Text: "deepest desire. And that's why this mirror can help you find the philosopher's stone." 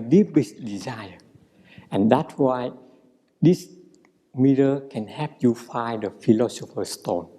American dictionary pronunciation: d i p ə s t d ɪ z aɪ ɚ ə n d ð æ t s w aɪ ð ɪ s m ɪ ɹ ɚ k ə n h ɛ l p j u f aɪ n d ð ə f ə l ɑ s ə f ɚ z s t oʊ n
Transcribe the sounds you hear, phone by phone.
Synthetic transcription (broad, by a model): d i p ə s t d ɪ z aɪ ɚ ə n d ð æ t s w aɪ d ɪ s m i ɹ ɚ k ə n h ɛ p j u f aɪ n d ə f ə l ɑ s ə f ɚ s t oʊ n